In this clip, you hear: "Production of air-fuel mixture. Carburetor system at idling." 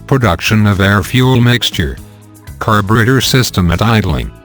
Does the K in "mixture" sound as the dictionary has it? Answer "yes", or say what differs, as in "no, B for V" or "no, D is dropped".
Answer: yes